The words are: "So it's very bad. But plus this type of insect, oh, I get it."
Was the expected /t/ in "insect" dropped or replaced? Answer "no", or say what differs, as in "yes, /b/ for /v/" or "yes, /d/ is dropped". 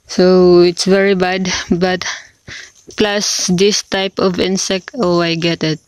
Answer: no